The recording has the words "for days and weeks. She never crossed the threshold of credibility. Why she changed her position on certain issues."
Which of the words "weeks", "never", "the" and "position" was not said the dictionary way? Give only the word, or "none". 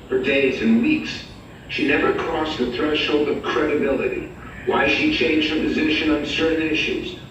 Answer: none